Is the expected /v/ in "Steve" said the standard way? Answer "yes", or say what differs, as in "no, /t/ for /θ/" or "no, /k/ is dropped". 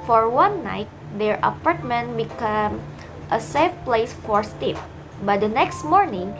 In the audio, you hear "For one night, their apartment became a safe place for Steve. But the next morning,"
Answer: no, /p/ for /v/